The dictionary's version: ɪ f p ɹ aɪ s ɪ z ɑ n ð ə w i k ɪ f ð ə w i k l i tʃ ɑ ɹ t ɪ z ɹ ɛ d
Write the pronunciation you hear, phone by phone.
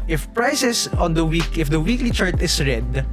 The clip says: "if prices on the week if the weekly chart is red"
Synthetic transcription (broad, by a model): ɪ f p ɹ aɪ s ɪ s ɑ n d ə w i k ɪ f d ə w i k l i tʃ ɑ ɹ t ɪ s ɹ ɛ d